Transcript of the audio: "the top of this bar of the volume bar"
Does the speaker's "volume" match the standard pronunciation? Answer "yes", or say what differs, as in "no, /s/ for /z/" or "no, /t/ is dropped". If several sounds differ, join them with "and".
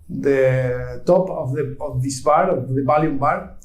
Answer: no, /b/ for /v/